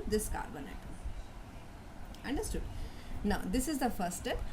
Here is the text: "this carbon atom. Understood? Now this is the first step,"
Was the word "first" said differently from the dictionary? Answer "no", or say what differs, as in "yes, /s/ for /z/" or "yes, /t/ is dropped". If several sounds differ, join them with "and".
yes, /s/ is dropped